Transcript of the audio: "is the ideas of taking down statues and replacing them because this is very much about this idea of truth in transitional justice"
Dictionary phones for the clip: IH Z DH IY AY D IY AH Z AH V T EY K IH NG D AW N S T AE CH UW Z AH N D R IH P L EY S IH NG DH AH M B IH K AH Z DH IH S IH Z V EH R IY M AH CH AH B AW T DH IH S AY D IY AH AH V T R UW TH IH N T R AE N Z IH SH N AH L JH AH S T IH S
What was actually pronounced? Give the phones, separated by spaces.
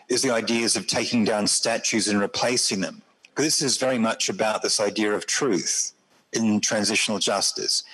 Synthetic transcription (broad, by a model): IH Z DH IY AY D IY Z AH V T EY K IH NG D AW N S T AE CH UW Z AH N R IH P L EY S IH NG DH AH M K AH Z DH IH S IH Z V EH R IY M AH CH AH B AW T DH IH S AY D IY AH AH V T R UW TH IH N T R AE N Z IH SH N L JH AH S T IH S